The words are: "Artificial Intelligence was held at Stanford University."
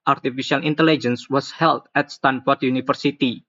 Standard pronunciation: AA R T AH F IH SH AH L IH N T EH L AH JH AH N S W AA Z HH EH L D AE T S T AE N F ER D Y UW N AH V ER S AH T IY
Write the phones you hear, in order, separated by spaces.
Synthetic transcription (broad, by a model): AA R T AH F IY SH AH L IH N T EH L AH JH AH N S W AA S HH EH L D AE T S T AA N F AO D Y UW N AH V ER S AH T IY